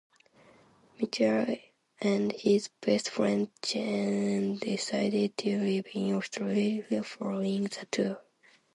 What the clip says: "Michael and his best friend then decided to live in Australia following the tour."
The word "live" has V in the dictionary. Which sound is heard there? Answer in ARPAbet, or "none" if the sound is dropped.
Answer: B